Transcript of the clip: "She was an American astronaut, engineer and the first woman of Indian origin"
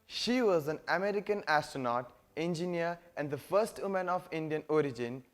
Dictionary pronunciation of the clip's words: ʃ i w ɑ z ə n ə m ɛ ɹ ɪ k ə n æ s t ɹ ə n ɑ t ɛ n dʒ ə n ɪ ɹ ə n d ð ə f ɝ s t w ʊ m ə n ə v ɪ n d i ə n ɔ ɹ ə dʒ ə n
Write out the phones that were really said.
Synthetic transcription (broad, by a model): ʃ i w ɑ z ə n ə m ɛ ɹ ɪ k ə n æ s t ɹ ə n ɑ t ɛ n dʒ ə n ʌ ɹ ə n d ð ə f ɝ s t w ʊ m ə n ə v ɪ n d i ə n ɔ ɹ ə dʒ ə n